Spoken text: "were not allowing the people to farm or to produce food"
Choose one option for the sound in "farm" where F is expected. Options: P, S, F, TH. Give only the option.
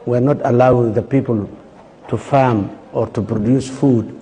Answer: F